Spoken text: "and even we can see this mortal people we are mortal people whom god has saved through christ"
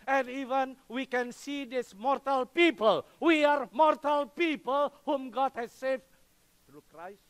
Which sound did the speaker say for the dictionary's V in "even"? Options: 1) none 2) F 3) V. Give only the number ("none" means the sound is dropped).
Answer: 3